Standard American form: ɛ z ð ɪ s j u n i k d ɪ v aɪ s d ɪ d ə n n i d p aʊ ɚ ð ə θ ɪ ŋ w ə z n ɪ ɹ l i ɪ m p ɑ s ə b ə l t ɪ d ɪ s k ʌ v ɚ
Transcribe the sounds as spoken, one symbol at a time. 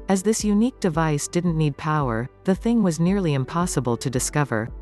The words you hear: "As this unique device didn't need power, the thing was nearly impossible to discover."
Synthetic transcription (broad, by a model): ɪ z ð ɪ s j u n i k d ɪ v aɪ s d ɪ d n n i d p aʊ ɚ ð ə θ ɪ ŋ w ə z n ɪ ɹ l i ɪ m p ɑ s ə b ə l t ɪ d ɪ s k ʌ v ɚ